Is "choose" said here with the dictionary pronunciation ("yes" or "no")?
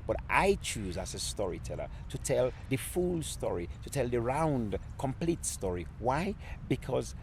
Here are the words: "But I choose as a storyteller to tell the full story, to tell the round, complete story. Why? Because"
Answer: yes